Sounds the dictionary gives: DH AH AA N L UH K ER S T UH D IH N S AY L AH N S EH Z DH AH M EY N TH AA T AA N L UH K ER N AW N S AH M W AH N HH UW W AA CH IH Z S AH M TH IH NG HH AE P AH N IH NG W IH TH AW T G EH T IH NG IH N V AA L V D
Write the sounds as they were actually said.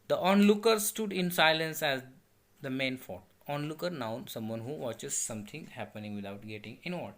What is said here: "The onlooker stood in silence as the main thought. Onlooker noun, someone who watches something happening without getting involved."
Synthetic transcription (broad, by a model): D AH AA N L UH K ER S T UH D IH N S AY L AH N S EH Z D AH M EY N F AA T AA N L UH K ER N AW N S AH M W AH N HH UW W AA CH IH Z S AH M T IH NG HH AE P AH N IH NG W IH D AW T G EH T IH NG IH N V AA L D